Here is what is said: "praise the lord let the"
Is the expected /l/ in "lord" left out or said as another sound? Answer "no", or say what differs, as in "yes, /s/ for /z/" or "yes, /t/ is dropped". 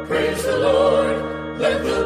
no